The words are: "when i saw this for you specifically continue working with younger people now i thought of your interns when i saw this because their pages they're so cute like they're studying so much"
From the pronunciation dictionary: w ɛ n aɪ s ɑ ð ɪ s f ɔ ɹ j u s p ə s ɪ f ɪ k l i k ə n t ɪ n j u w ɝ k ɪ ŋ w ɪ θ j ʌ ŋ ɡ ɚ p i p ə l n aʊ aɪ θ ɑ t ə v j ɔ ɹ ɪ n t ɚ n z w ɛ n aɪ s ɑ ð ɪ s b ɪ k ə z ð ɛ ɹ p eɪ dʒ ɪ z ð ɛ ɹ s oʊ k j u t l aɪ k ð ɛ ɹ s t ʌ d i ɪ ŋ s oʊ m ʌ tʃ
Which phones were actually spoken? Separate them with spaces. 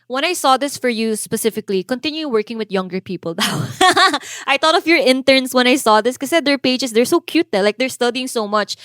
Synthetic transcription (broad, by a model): w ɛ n aɪ s ɑ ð ɪ s f ɔ ɹ j u s p ə s ɪ f ɪ k l i k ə n t ɪ n j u w ɝ k ɪ ŋ w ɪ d j ʌ ŋ ɡ ɚ p i p ə l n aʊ aɪ t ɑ t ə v j ɔ ɹ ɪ n t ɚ n s w ɛ n aɪ s ɑ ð ɪ s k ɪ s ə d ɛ ɹ p eɪ dʒ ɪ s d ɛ ɹ s oʊ k j u t l aɪ k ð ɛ ɹ s t ʌ d i ɪ ŋ s oʊ m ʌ tʃ